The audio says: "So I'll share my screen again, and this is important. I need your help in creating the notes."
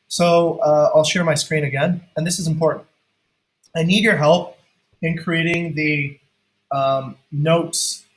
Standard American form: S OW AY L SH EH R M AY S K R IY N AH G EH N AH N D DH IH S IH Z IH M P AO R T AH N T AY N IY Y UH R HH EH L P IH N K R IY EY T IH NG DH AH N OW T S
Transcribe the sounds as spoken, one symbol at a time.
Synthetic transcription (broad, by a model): S OW AY L SH EH R M AY S K R IY N AH G EH N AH N DH IH S IH Z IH M P AO R T N T AY N IY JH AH R HH EH L P IH N K R IY EY T IH NG DH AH N OW T S